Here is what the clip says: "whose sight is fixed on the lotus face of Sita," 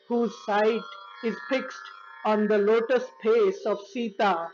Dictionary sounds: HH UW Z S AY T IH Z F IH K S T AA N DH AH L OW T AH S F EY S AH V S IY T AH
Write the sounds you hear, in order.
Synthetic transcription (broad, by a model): HH UW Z S AY T IH Z F IH K S T AA N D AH L OW T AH S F EY S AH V S IY T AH